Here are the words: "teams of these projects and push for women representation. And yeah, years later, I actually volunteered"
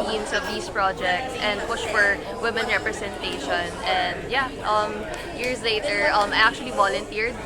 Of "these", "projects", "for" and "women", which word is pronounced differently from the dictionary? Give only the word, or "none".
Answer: these